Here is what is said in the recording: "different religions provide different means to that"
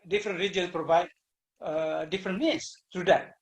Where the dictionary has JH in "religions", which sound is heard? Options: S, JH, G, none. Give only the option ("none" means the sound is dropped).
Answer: none